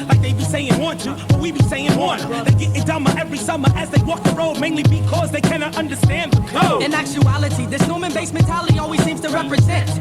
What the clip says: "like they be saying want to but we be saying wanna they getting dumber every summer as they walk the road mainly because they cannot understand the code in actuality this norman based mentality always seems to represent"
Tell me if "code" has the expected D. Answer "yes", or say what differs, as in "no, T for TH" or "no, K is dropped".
no, D is dropped